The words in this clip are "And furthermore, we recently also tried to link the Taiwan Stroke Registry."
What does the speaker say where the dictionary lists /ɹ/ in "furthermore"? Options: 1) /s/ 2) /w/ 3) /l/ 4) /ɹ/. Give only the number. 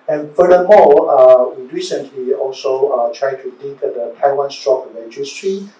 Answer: 3